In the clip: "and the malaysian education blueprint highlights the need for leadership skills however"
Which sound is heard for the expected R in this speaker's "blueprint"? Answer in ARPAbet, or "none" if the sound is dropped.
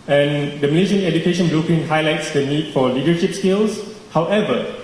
none